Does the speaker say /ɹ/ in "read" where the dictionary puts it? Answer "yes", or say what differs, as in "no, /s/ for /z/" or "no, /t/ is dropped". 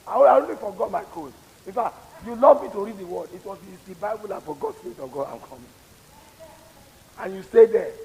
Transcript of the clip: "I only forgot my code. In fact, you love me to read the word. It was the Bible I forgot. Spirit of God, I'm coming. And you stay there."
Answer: yes